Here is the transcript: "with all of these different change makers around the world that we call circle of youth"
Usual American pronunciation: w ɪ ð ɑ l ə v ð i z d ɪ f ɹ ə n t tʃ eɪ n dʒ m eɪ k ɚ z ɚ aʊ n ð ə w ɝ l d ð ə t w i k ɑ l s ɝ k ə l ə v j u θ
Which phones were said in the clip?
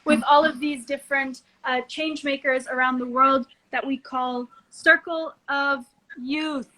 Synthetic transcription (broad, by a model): w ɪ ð ɑ l ə v ð i z d ɪ f ɹ ə n t tʃ eɪ n dʒ m eɪ k ɚ z ɚ aʊ n ð ə w ɝ l d ð ə t w i k ɑ l s ɝ k l ə v j u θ